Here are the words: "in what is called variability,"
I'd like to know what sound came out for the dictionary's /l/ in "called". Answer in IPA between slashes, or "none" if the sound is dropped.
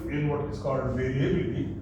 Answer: /l/